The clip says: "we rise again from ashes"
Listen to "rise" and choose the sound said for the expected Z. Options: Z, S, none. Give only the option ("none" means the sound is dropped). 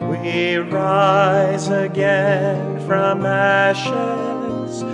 Z